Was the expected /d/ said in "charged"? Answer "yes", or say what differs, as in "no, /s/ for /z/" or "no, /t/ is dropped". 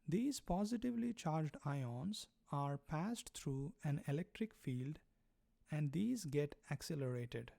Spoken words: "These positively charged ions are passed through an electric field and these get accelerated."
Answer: yes